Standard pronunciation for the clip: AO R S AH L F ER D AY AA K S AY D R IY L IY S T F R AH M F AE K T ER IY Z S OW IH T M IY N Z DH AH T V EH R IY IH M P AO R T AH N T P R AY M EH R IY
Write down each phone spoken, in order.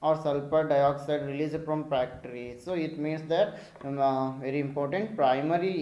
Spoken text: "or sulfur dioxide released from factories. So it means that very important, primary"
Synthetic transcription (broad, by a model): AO R S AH L P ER D AY AA K S AY D R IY L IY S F R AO M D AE K T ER IY S OW IH T M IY N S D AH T V EH R IY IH M P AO R T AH N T P R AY M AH R IY